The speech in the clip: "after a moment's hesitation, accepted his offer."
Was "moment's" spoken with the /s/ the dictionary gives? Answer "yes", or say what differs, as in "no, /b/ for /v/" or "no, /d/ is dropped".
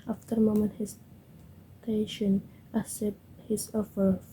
no, /s/ is dropped